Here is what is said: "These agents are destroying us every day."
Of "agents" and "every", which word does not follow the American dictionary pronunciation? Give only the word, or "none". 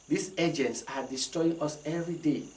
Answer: none